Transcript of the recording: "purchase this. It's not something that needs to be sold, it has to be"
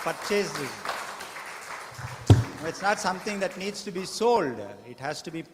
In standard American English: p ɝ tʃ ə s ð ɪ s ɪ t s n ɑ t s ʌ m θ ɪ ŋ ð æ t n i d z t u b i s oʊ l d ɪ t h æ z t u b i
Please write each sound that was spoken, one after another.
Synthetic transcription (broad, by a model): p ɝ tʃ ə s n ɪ ɪ t s n ɑ t s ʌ m t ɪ ŋ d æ t n i d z t u b i s oʊ l d ɪ t h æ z t u b i